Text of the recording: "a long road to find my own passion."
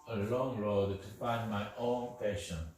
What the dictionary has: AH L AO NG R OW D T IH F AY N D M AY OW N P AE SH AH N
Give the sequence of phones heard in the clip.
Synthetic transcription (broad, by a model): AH L AO NG R OW D T IH F AY N D M AY OW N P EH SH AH N